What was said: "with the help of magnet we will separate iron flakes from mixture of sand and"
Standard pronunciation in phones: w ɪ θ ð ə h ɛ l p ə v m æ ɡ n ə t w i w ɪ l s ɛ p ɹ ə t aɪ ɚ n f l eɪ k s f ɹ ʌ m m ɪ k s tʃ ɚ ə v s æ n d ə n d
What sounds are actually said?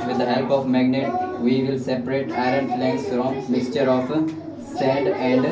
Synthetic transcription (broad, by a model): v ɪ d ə h ɛ l p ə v m æ ɡ n ə t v i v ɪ l s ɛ p ɹ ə t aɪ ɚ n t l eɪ s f ɹ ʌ m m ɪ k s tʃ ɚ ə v s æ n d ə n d